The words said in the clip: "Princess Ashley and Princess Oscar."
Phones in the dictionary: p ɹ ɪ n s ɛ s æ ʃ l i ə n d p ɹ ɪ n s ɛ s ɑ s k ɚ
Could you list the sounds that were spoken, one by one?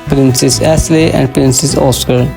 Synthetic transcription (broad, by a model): p ɹ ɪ n s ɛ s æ s l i ə n d p ɹ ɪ n s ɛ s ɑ s k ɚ